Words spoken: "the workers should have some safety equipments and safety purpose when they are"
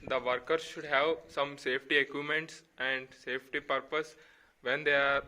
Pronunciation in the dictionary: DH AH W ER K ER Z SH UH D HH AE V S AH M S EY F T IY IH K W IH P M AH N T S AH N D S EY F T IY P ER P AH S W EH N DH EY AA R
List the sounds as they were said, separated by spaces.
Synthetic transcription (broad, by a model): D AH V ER K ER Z SH UH D HH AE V S AH M S EY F T IY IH K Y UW M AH N T S AH N D S EY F T IY P ER P AH S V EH N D EY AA R